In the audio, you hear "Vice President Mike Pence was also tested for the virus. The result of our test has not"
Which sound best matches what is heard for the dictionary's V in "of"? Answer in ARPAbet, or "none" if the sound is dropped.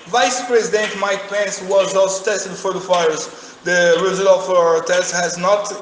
F